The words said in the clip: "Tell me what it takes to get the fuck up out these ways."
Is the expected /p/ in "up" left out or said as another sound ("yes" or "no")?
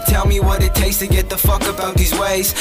yes